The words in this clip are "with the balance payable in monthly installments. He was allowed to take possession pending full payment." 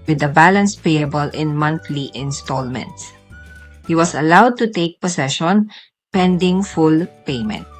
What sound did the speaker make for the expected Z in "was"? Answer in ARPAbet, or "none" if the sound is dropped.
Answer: S